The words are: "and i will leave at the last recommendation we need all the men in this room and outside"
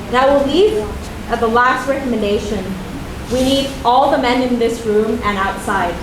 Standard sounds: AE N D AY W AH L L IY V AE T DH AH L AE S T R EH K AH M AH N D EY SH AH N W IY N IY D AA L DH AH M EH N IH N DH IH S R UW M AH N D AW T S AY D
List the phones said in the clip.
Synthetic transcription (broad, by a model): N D AY W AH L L IY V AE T DH AH L AE S T R EH K AH M AH N D EY SH AH N W IY N IY D AA L DH AH M EH N IH N DH IH S R UW M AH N AW T S AY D